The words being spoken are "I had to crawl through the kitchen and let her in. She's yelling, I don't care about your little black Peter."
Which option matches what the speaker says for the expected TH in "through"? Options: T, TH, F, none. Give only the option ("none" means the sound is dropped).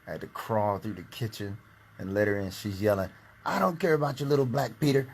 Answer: TH